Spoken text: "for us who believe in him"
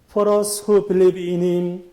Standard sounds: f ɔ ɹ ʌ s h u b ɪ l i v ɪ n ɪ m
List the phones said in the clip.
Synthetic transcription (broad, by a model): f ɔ ɹ ʌ s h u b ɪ l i b ɪ n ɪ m